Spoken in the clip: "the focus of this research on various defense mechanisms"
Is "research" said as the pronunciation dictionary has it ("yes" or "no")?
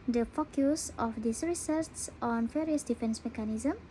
no